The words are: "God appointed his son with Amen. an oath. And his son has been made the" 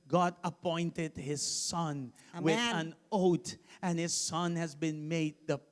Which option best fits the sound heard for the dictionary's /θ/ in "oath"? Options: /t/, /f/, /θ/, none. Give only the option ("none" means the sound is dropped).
/t/